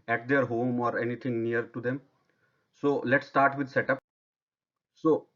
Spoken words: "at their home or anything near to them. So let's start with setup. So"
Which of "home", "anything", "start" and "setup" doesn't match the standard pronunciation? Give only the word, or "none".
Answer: anything